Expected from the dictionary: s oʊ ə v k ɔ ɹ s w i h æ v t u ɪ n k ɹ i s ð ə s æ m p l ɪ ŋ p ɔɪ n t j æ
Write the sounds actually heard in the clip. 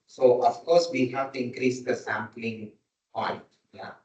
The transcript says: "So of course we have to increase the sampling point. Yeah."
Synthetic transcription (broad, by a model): s oʊ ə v k ɔ ɹ s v i h æ v t u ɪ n k ɹ i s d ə s æ m p l ɪ ŋ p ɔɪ t j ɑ